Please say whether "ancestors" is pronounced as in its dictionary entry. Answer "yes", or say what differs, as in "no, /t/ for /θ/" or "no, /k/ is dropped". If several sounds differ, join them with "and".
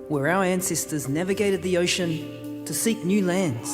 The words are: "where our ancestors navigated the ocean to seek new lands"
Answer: yes